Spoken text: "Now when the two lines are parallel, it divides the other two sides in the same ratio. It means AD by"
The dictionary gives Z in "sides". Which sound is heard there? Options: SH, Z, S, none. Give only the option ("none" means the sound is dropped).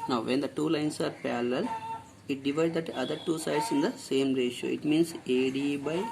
S